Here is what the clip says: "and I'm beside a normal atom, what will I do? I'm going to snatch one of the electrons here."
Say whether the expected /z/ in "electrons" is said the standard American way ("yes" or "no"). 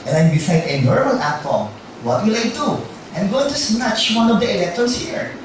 no